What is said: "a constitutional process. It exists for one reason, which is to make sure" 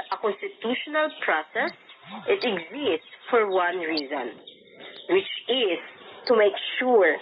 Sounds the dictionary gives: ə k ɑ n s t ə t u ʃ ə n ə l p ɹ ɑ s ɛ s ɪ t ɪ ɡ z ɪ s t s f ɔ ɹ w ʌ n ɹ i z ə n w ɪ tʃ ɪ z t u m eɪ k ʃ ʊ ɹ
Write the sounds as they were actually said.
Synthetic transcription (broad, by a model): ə k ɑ n s t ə t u ʃ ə n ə l p ɹ ɑ s ɛ s ɪ t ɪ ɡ z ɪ s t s f ɔ ɹ w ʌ n ɹ i z ə n w ɪ tʃ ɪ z t u m eɪ k ʃ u ɹ